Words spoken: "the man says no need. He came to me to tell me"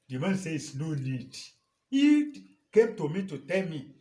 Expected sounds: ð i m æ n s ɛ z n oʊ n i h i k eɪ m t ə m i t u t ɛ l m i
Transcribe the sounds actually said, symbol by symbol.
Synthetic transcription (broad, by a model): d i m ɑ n s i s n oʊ l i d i k eɪ m t ə m i t u t ɛ l m i